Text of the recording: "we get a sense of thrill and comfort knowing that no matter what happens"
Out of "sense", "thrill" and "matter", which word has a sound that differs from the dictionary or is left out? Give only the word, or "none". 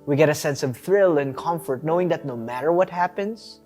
none